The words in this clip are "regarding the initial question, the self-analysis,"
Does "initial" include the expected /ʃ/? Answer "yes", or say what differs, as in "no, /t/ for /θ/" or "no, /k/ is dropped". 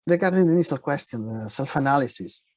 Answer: no, /s/ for /ʃ/